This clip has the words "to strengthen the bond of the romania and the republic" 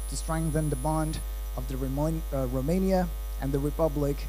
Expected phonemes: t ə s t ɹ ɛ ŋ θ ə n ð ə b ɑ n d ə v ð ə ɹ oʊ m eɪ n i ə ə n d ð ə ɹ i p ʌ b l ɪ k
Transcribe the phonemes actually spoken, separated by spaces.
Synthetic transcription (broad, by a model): t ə s t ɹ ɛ ŋ θ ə n ð ə b ɑ n d ə v ð ə ɹ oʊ m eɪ n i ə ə n ð ə ɹ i p ʌ b l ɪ k